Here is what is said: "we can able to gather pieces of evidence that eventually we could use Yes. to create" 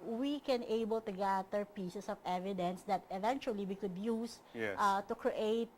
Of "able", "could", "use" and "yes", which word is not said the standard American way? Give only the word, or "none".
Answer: yes